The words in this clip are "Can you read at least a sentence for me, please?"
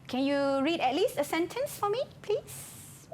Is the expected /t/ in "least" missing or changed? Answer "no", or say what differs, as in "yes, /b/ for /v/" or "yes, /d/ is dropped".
no